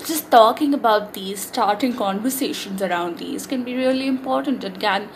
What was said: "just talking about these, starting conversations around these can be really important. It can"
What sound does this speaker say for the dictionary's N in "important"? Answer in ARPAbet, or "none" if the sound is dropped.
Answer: N